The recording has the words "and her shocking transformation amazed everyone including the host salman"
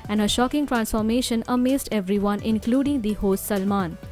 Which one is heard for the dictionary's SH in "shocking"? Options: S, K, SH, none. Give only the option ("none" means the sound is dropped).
SH